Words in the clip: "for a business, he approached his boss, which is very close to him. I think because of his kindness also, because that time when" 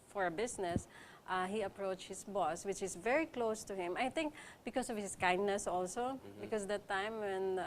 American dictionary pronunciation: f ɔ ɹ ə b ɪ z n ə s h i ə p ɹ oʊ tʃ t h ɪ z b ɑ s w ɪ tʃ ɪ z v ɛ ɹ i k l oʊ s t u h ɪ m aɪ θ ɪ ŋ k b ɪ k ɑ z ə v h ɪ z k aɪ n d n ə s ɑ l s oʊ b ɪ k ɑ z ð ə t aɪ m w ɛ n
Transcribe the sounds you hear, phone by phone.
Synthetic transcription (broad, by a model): f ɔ ɹ ə b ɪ s n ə s h i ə p ɹ oʊ tʃ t h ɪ s b ɑ s w ɪ tʃ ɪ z v ɛ ɹ i k l oʊ s t u h ɪ m aɪ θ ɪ ŋ k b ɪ k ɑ s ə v h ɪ s k aɪ n d n ə s ɑ l s oʊ b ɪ k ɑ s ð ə t aɪ m w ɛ n